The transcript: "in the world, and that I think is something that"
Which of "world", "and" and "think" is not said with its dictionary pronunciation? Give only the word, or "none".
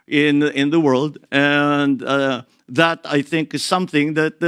none